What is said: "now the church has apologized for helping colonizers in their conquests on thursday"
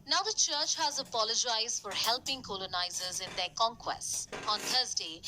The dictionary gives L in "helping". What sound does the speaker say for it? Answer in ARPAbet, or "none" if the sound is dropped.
L